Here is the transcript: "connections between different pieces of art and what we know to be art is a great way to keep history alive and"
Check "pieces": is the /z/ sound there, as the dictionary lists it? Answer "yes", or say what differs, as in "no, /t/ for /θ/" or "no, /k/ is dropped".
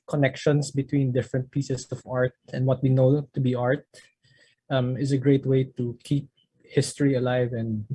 no, /s/ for /z/